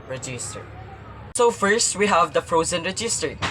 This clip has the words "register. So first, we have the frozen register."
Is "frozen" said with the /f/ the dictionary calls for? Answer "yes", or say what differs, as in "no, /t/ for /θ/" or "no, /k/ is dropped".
yes